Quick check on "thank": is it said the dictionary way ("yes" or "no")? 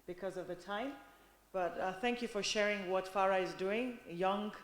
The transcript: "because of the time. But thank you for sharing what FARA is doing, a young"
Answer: yes